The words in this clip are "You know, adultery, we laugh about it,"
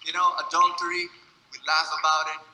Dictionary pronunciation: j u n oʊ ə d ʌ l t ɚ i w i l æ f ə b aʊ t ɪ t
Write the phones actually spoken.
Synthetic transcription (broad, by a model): j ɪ n oʊ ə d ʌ n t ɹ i w i l æ f ə b aʊ t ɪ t